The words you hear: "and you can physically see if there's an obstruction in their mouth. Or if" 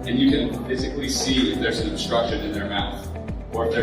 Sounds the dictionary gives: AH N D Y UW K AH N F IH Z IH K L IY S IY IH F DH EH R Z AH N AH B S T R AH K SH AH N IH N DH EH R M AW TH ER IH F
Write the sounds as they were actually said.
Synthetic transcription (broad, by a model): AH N Y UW K AH N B IH S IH K L IY S IY IH F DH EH R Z AH N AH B S T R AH K SH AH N IH N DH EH R M AW TH ER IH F